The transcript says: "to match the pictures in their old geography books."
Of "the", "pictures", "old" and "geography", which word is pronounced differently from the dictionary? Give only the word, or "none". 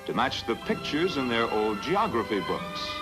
none